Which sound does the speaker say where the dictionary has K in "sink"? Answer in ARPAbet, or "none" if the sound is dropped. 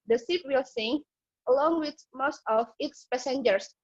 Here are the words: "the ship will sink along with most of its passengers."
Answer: none